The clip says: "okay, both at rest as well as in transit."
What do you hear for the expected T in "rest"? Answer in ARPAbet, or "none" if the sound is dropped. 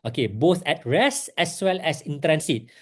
none